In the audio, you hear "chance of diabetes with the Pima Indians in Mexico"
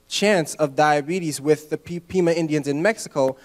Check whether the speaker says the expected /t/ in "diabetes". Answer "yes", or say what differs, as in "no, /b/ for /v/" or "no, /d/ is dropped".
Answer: yes